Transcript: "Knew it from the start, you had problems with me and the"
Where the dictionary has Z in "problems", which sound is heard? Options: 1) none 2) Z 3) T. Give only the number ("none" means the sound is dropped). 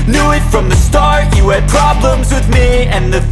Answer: 2